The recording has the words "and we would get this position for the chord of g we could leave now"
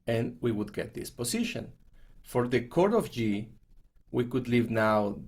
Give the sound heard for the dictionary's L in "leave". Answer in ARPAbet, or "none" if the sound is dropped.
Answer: L